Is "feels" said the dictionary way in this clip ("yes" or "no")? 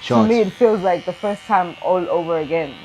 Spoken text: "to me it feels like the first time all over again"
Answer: yes